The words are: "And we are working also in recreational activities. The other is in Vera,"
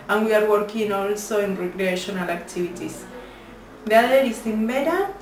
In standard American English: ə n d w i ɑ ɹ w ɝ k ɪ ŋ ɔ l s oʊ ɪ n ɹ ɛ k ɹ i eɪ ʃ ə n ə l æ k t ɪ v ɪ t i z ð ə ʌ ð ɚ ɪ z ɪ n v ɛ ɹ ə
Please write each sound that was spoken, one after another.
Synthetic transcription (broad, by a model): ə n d w i ɑ ɹ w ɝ k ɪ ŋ ɔ l s oʊ ɪ n ɹ ɛ k ɹ i eɪ ʃ ə n ə l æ k t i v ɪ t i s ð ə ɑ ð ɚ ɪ s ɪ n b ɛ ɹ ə